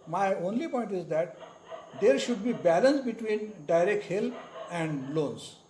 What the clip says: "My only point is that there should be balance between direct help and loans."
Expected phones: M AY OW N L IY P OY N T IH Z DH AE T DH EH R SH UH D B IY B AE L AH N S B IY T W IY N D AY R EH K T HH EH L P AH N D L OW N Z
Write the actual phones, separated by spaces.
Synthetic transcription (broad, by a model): M AY OW N L IY P OY N T IH Z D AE T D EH R SH UH D B IY B AE L AH N S B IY T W IY N D AY R EH K T HH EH L AH N D L OW N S